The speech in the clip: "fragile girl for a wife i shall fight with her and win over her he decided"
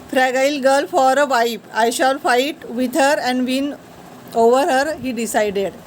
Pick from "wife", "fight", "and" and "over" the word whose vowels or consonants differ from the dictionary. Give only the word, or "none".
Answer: wife